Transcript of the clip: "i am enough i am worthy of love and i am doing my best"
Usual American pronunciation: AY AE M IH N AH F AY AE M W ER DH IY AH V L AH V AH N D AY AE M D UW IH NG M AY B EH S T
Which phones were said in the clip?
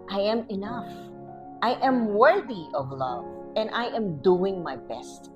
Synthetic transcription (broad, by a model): AY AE M IH N AH F AY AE M W ER DH IY AH V L AH V AH N D AY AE M D UW IH NG M AY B EH S T